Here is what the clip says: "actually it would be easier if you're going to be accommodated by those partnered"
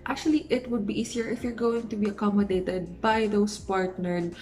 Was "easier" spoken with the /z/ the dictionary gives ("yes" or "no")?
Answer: no